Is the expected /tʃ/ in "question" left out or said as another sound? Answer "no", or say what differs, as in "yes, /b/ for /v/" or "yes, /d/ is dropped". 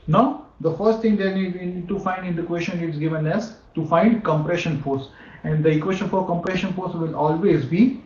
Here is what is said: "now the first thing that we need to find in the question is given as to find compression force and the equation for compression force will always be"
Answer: yes, /ʃ/ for /tʃ/